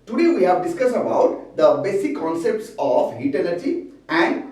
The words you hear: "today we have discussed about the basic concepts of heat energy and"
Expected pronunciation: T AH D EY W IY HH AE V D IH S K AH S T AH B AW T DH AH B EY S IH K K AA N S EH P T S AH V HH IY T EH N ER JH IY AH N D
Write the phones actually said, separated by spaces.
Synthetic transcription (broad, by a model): T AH D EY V IY HH AE V D IH S K AH S T AH B AW T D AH B EY S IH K K AA N S EH P T S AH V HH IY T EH L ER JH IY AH N D